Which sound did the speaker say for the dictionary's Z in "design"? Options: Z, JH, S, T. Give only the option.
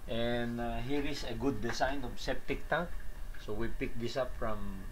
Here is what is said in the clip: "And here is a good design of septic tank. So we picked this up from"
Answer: S